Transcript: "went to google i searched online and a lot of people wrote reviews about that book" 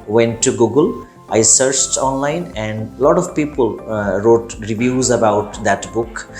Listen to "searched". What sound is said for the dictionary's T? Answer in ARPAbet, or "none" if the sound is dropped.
T